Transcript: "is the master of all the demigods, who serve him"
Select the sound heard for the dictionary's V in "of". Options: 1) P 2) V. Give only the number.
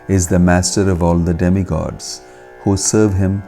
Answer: 2